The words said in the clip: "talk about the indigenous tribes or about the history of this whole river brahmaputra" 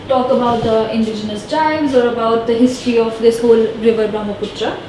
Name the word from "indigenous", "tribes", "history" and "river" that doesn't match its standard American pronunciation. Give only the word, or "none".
tribes